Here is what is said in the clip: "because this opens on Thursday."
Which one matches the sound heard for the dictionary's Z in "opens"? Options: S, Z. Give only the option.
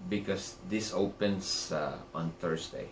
S